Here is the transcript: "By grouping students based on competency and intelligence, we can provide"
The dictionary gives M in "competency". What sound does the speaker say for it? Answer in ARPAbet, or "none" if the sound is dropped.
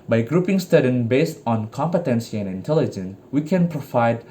M